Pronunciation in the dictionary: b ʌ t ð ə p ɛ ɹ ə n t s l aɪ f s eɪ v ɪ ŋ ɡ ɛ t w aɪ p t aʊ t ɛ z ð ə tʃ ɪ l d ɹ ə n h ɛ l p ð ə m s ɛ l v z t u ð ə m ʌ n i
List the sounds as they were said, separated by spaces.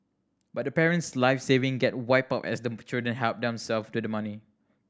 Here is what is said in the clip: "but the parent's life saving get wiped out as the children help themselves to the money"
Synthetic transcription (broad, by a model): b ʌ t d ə p ɛ ɹ ə n t s l aɪ f s eɪ v ɪ ŋ ɡ ɛ t w aɪ p aʊ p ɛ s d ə tʃ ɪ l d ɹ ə n h ɛ l p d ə m s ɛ l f t u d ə m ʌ n i